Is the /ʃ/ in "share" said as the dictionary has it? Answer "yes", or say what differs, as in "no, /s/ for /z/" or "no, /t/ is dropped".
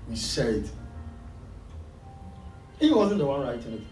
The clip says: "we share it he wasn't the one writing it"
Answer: no, /s/ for /ʃ/